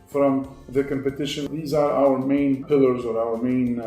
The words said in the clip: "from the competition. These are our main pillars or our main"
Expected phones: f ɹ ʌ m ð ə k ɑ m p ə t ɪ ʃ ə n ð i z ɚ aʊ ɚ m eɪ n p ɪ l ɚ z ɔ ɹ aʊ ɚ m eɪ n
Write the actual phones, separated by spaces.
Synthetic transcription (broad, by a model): f ɹ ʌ m ð ə k ɑ m p ə t ɪ ʃ ə n ð i z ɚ aʊ ɚ m eɪ n p ɪ l ɚ z ɔ ɹ aʊ ɚ m eɪ n